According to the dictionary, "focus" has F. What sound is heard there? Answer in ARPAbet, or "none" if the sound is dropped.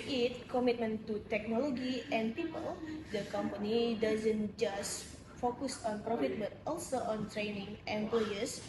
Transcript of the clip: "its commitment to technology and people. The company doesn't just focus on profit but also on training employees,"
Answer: F